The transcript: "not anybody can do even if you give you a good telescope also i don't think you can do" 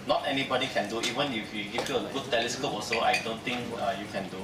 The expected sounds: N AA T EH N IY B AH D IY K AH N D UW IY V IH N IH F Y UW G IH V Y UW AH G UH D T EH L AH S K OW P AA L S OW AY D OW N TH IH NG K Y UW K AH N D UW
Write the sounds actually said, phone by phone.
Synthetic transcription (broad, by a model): N AA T EH N IY B AH D IY K AH N D UW IY V IH N IH F Y UW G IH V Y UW AH G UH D T EH L AH S K OW P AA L S OW AY D OW N T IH NG K Y UW K AH N D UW